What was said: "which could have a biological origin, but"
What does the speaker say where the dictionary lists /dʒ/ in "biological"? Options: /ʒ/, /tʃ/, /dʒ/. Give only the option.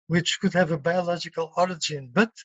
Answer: /dʒ/